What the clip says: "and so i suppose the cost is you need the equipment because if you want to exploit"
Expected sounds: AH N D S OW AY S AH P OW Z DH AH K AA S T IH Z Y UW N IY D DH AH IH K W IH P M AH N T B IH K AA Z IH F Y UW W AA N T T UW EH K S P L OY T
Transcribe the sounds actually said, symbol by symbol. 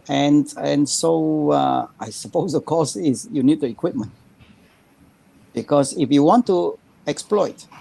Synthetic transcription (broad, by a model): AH N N S OW AY S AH P OW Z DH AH K AA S IH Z Y UW N IY D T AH IH K W IH P M AH N T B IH K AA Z IH F Y UW W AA N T T UW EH K S P L OY T